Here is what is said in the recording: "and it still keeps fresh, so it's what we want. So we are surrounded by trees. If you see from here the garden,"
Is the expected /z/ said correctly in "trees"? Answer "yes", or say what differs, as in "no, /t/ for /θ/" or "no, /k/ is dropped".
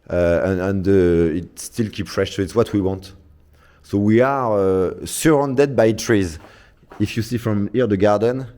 yes